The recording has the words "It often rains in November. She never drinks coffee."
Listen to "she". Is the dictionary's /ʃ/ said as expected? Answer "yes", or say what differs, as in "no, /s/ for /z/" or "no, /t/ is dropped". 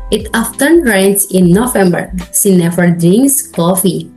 no, /s/ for /ʃ/